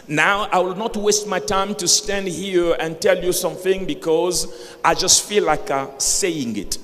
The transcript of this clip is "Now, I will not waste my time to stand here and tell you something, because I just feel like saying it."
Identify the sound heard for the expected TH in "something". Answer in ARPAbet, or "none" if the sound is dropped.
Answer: TH